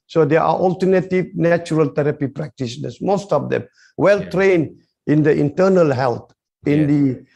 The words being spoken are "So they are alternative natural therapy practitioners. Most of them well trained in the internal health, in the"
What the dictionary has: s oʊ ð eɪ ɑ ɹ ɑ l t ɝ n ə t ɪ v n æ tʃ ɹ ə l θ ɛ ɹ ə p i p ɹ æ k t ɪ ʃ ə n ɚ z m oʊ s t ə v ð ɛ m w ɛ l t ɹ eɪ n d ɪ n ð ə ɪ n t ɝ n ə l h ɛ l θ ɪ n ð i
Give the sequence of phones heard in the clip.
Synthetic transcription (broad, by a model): s oʊ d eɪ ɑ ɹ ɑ l t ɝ n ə t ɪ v n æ tʃ ɹ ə l t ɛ ɹ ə p i p ɹ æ k t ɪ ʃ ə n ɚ s m oʊ s t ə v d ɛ m w ɛ l t ɹ eɪ n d ɪ n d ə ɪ n t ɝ n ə l h ɛ l t ɪ n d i